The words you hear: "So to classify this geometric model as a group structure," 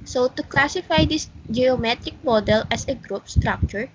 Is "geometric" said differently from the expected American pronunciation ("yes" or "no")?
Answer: no